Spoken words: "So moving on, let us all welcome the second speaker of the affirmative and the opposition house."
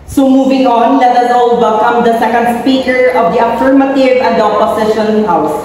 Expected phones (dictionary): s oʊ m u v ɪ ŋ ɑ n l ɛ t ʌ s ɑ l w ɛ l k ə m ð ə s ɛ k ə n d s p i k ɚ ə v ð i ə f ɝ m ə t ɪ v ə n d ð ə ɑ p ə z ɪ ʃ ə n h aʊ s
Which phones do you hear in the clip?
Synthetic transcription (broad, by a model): s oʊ m u v ɪ ŋ ɑ n l ɛ t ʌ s ɑ l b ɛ k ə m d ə s ɛ k ə n d s p i k ɚ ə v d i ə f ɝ m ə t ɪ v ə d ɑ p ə s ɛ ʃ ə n h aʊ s